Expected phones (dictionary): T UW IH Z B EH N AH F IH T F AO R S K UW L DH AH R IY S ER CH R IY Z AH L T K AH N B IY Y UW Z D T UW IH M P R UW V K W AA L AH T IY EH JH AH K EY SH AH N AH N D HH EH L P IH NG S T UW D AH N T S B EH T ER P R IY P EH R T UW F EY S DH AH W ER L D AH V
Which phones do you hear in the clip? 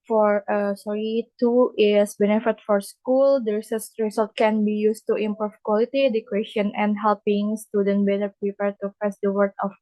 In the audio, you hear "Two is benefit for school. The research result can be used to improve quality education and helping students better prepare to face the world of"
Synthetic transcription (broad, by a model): T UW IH S B EH N AH F IH T F AO R S K UW L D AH R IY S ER S R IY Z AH L T K AH N B IY Y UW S T UW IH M P R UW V K W AA L AH T IY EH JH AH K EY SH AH N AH N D HH EH L P IH NG S T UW D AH N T B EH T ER P R IY P EH R T UW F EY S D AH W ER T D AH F